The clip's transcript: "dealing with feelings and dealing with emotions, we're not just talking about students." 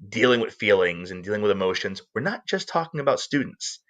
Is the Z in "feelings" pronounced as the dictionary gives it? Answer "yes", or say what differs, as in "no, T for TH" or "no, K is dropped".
yes